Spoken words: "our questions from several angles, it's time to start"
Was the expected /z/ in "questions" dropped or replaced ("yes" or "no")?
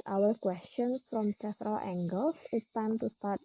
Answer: yes